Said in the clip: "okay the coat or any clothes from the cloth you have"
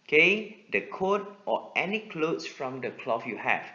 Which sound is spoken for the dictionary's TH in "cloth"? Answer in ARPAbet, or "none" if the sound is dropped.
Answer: F